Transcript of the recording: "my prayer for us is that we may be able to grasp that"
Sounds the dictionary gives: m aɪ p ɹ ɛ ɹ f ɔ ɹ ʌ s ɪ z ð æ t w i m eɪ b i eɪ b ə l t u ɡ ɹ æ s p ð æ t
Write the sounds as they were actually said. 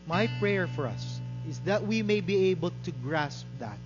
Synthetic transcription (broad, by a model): m aɪ p ɹ ɛ ɹ f ɔ ɹ ʌ s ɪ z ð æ t w i m eɪ b i eɪ b ə l t u ɡ ɹ æ s p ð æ t